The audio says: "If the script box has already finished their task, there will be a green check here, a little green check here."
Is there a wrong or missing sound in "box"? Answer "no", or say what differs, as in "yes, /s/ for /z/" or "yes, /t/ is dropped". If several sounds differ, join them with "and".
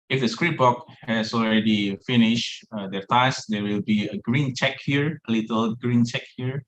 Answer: yes, /s/ is dropped